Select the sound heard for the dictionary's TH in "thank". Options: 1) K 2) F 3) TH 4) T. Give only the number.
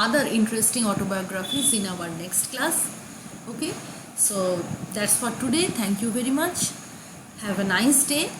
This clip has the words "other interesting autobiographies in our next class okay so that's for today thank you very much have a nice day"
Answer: 4